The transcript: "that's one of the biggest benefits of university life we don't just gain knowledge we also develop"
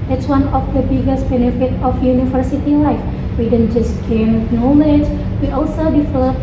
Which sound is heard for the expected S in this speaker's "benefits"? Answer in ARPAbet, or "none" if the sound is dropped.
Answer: none